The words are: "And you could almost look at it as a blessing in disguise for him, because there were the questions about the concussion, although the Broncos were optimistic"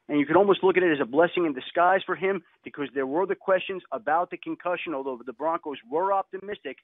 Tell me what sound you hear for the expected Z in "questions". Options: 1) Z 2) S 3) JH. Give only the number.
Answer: 1